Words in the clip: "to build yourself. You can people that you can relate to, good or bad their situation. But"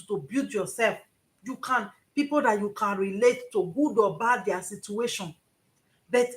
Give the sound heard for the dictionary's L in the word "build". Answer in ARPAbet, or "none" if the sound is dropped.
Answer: none